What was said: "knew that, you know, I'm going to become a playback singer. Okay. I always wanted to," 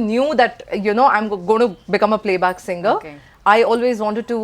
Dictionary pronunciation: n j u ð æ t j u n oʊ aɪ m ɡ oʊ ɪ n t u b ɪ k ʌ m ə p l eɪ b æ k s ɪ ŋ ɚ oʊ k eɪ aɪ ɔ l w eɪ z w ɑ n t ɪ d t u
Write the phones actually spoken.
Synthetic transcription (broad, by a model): n j u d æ t j u n oʊ aɪ m ɡ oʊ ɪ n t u b ɪ k ʌ m ə p l eɪ b æ k s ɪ ŋ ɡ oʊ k aɪ ɔ l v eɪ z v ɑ n t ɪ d t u